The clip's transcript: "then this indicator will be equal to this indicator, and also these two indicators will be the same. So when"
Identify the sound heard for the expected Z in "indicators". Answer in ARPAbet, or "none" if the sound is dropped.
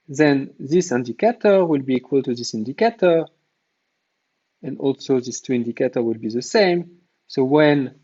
none